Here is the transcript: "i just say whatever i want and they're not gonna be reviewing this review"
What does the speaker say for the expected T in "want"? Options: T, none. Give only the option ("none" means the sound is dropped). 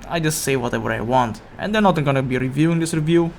T